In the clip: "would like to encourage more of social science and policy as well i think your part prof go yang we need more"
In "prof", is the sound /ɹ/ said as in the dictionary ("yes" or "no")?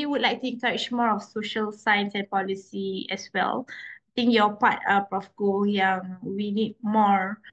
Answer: no